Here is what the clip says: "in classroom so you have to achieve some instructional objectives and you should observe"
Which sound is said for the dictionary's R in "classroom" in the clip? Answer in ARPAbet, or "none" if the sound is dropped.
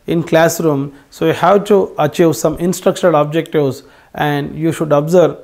R